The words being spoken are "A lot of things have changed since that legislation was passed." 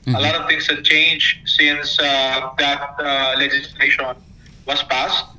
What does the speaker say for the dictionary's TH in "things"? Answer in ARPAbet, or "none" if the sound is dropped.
T